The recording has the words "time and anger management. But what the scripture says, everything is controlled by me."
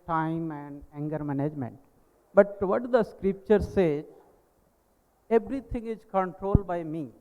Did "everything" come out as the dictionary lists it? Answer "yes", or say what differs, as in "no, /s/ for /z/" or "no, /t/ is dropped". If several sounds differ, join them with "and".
no, /t/ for /θ/